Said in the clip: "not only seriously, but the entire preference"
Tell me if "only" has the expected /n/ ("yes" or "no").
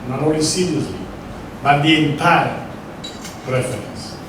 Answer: no